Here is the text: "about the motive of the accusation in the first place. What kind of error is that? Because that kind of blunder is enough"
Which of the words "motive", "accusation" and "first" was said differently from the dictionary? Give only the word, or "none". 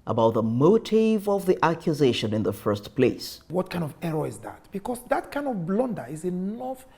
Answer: none